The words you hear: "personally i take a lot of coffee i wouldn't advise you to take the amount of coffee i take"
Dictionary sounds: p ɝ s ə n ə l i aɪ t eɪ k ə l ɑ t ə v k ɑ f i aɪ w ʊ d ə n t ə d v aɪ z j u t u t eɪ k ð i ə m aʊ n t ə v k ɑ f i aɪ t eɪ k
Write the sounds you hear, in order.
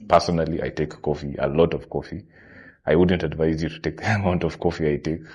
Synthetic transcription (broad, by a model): p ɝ s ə n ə l i aɪ t eɪ k ə l ɑ t ə v k ɑ f i aɪ w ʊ d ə n t ə d v aɪ z j u t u t eɪ k ð i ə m aʊ n t ə v k ɑ f i aɪ t eɪ k